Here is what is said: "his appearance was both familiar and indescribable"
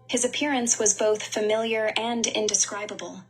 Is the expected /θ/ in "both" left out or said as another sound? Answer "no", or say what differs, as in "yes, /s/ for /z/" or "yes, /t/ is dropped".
no